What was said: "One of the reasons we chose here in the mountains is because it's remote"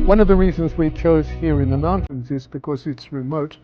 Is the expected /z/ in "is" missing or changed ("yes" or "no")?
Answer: no